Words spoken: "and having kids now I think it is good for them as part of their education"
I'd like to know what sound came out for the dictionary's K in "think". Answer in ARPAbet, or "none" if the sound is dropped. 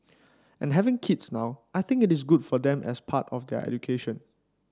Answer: K